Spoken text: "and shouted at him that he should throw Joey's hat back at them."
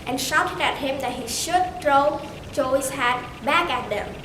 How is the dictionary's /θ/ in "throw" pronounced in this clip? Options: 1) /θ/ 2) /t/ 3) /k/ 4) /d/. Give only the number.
2